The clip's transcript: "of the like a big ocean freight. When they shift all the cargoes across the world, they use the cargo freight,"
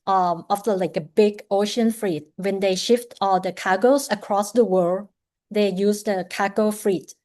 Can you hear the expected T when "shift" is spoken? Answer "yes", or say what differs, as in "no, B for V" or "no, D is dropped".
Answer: yes